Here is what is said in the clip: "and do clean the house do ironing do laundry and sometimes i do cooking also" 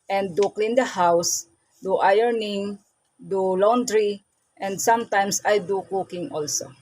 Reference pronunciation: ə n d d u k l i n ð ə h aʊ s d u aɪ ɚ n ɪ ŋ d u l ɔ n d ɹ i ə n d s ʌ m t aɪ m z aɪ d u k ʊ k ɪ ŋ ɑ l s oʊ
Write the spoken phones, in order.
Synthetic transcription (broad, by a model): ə n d d u k l i n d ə h aʊ s d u aɪ ɚ n ɪ ŋ d u l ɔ n d ɹ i ə n d s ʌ m t aɪ m s aɪ d u k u k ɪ ŋ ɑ l s oʊ